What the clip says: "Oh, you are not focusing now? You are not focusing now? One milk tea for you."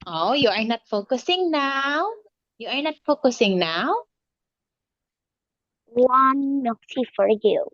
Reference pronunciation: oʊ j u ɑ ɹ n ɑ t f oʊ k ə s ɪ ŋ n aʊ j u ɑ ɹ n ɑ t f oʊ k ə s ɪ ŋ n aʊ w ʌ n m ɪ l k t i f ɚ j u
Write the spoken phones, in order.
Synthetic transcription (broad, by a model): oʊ j u ɑ ɹ n ɑ t f oʊ k ə s ɪ ŋ n aʊ j u ɑ ɹ n ɑ t f oʊ k ə s ɪ ŋ n aʊ w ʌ n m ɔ k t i f ɚ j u